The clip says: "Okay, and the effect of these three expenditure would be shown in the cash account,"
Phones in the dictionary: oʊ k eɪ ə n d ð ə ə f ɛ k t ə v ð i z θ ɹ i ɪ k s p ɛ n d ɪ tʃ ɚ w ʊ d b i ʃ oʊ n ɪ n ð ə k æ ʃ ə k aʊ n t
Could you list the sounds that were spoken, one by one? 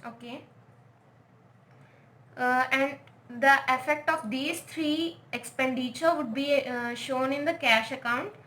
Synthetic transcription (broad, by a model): oʊ k eɪ ə n d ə ə f ɛ k t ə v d i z t ɹ i ɪ k s p ɛ n d ɪ tʃ ɚ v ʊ d b i ʃ oʊ n ɪ n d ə k æ ʃ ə k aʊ n t